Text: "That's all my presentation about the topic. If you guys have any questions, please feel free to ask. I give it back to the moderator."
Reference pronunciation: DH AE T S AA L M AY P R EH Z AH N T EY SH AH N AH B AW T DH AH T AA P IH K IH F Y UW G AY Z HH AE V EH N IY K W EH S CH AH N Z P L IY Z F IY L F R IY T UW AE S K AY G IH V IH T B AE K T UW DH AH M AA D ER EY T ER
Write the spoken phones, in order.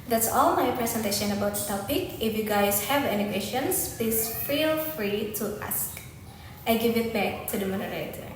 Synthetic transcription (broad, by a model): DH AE T S AA L M AY P R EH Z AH N T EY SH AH N AH B AW T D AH T AA P IH K IH F Y UW G AY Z HH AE V EH N IY K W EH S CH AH N S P IY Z F IY L F R IY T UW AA S K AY G IH V IH T B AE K T UW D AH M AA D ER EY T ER